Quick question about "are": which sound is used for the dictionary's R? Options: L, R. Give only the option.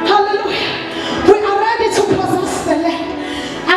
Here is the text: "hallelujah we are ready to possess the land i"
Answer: L